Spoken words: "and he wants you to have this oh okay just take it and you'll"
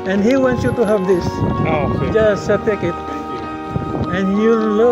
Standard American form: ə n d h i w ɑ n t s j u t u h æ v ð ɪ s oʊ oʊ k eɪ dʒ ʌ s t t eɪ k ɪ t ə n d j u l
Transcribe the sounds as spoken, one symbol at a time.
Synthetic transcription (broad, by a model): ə n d h i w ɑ n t j u t u h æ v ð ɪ s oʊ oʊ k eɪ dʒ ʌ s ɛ t eɪ k ɪ t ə n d j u l